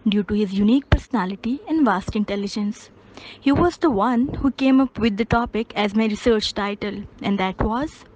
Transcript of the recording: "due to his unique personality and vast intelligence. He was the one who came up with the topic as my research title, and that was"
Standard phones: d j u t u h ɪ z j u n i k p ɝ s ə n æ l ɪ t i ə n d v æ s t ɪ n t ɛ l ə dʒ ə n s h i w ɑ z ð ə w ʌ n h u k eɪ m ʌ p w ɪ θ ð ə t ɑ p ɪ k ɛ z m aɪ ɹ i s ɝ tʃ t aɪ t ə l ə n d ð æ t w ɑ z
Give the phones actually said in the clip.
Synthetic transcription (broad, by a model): d j u t u h ɪ z j u n i k p ɝ s ə n æ l ɪ t i ə n d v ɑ s t ɪ n t ɛ l ə dʒ ə n s h i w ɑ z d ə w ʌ n h u k eɪ m ʌ p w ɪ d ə t ɑ p ɪ k ɛ z m aɪ ɹ i s ɝ tʃ t aɪ t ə l ə n d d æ t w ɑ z